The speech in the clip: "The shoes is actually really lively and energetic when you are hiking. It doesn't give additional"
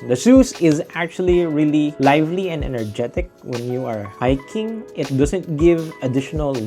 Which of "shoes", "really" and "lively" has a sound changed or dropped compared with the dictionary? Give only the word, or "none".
shoes